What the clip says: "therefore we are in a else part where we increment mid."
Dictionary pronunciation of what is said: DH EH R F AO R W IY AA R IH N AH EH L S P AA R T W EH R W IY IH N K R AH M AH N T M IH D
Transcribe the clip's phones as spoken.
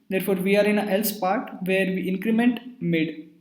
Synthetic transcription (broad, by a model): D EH R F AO R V IY AA R IH N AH EH L S P AA R T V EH R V IY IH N K R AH M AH N T M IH D